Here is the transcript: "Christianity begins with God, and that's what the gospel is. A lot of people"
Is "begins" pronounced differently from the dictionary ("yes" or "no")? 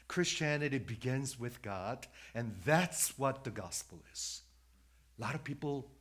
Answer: no